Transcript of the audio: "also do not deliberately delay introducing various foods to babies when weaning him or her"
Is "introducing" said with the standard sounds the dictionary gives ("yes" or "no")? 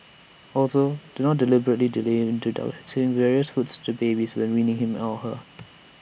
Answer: no